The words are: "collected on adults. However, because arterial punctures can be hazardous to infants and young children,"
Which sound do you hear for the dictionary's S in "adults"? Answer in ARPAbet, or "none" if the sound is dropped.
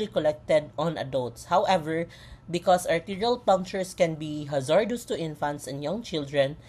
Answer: S